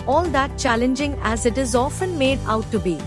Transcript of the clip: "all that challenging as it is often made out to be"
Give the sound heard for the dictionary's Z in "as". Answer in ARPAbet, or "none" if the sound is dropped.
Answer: Z